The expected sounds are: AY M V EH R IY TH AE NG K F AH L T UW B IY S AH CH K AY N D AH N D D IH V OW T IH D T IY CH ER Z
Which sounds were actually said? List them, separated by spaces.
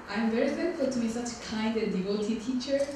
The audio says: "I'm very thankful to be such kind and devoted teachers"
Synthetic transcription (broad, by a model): AY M V EH R IY F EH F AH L T UW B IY S AH CH K AY N D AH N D D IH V OW T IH T IY CH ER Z